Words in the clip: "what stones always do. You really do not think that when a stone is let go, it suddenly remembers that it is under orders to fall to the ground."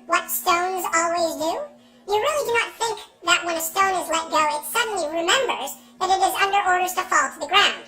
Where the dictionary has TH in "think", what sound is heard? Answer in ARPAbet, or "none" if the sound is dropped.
TH